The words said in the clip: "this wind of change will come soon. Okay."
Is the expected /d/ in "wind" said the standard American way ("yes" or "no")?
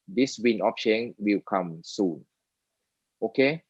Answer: no